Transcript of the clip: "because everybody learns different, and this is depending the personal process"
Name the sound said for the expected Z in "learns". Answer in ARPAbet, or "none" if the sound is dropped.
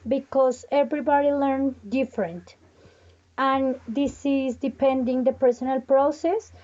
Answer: none